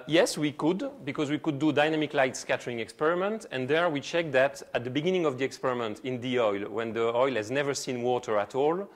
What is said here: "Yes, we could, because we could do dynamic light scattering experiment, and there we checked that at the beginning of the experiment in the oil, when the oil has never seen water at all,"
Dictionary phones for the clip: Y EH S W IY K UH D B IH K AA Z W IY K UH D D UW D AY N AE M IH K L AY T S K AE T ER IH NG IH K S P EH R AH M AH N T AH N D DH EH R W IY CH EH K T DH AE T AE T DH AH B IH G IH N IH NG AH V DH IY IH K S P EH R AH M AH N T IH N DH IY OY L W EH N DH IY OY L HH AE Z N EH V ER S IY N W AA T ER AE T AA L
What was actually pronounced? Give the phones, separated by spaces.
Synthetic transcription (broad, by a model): Y EH S W IY K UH D B IH K AA Z W IY K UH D D UW D AY N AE M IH K L AY T S K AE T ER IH NG IH K S P EH R AH M AH N T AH N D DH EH R W IY CH EH K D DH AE T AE T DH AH B IH G IH N IH NG AH V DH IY IH K S P EH R AH M AH N T IH N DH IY OY L W EH N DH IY OY L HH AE Z N EH V ER S IY N W AA T ER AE T AA L